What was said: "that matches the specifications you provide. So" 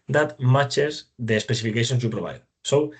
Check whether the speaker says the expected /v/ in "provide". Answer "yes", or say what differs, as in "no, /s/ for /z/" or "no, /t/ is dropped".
no, /b/ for /v/